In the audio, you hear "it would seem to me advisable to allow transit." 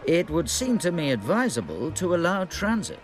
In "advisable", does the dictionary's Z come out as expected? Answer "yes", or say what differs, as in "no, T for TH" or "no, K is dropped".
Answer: yes